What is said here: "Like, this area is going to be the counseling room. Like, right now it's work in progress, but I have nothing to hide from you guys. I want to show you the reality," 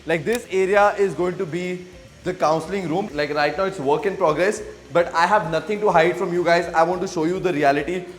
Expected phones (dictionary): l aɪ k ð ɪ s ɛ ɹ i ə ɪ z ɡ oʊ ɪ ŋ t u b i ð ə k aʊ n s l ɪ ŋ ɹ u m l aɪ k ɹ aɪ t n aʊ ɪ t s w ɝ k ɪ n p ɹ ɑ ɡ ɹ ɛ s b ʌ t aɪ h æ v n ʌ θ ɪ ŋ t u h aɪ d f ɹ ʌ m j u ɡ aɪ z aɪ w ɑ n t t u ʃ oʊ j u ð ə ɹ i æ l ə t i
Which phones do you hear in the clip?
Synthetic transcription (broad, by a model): l aɪ k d ɪ s ɛ ɹ i ə ɪ z ɡ oʊ ɪ ŋ t u b i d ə k aʊ n s l ɪ ŋ ɹ u m l aɪ k ɹ aɪ t n aʊ ɪ t s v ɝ k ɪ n p ɹ ɑ ɡ ɹ ɛ s b ʌ t aɪ h æ v n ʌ t ɪ ŋ t u h aɪ d f ɹ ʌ m j u ɡ aɪ z aɪ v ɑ n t t u ʃ oʊ j u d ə ɹ i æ l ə t i